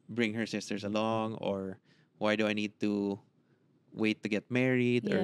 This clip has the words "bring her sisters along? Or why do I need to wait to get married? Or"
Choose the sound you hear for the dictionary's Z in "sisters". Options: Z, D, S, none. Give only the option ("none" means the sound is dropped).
S